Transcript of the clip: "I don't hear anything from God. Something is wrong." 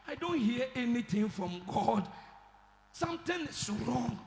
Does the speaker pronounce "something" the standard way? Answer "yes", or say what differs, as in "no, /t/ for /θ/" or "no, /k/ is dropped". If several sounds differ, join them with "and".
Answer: no, /t/ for /θ/